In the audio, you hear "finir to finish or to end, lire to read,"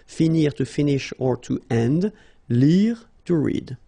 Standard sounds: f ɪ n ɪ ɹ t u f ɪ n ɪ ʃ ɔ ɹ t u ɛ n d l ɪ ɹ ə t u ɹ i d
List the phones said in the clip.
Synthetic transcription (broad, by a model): f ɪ n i ɹ t u f ɪ n ɪ ʃ ɔ ɹ t u ɛ n d l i ɹ t u ɹ i d